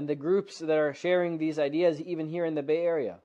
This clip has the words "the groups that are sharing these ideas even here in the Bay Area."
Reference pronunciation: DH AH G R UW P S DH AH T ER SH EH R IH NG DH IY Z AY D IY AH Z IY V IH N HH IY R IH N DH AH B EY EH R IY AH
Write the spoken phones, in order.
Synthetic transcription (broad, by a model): DH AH G R UW P S DH AH T ER SH EH R IH NG DH IY Z AY D IY AH Z IY V IH N HH IY R IH N DH AH B EY EH R IY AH